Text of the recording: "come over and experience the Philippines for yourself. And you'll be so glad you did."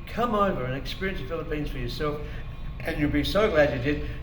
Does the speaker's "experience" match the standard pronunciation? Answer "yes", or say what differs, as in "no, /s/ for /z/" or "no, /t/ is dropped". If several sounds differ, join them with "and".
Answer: yes